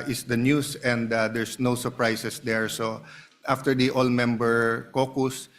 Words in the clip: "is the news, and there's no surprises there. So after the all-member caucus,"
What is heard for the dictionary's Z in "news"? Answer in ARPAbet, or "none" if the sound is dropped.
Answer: S